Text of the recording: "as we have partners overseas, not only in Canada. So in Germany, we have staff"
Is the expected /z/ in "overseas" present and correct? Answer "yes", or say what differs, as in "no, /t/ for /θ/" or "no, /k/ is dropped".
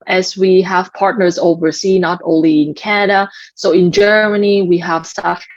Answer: no, /z/ is dropped